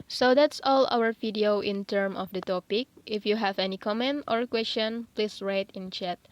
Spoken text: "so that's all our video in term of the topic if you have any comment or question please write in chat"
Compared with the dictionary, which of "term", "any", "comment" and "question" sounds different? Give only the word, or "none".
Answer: none